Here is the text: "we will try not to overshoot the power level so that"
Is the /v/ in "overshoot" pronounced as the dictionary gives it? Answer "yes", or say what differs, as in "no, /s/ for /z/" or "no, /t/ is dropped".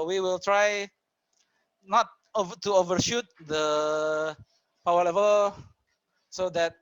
yes